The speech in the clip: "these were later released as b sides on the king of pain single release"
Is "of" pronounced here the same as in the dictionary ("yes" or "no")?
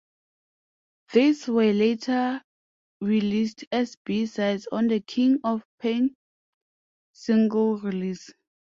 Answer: no